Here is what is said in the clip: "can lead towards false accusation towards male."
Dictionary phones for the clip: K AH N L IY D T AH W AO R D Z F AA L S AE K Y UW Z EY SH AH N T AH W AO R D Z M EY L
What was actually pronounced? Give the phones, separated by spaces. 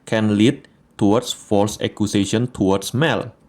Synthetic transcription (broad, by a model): K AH N L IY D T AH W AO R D S F AA L S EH K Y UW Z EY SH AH N T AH W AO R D S M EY L